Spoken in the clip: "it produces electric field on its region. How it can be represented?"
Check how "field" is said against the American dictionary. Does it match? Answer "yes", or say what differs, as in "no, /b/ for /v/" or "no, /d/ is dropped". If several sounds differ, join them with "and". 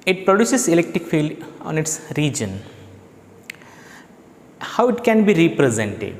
yes